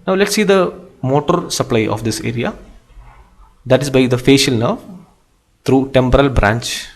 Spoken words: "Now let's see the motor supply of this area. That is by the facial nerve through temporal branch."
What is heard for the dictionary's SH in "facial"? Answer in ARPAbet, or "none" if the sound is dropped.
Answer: SH